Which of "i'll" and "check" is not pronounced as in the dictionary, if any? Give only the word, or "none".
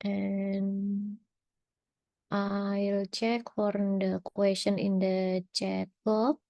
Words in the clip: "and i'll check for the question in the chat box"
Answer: none